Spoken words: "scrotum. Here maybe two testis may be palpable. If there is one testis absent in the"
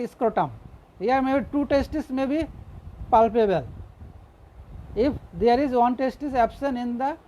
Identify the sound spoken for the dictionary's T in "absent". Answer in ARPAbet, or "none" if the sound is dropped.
none